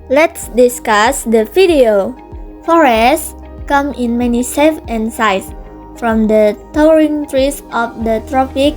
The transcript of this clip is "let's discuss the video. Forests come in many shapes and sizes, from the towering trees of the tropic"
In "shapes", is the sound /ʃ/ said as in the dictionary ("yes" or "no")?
no